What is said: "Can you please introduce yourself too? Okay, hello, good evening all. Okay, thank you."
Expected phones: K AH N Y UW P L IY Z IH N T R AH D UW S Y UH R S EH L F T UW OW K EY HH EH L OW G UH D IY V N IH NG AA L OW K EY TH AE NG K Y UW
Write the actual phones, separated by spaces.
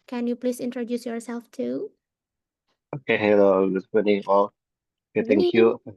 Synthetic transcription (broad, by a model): K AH N Y UW P L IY S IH N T R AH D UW S Y UH R S EH L F T UW OW K EY HH EH L OW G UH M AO N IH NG AA L OW K EY T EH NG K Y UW